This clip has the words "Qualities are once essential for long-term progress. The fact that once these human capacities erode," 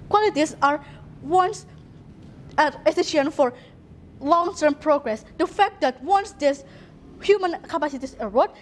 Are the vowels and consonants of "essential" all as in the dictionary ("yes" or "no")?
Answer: no